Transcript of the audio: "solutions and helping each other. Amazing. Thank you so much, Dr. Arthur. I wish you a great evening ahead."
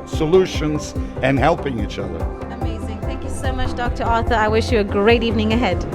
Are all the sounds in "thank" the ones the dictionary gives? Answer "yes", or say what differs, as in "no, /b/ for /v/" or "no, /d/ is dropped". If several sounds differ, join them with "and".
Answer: yes